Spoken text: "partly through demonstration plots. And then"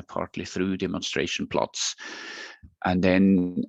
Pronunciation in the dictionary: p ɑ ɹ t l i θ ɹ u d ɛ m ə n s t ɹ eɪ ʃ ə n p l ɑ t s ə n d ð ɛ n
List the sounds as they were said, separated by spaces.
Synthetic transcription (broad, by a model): p ɑ ɹ t l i θ ɹ u d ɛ m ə n s t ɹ eɪ ʃ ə n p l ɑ t s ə n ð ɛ n